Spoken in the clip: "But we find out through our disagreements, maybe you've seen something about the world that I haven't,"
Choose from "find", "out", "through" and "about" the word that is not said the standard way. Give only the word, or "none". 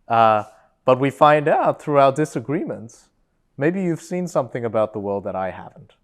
none